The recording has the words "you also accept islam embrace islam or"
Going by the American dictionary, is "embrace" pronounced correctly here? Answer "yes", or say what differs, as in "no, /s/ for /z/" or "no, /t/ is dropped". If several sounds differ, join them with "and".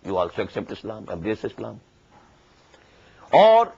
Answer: no, /m/ is dropped